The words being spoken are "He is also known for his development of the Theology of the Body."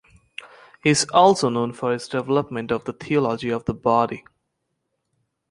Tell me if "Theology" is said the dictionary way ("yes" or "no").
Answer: no